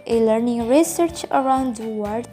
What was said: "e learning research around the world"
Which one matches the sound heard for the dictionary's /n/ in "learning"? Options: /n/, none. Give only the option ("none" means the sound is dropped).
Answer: /n/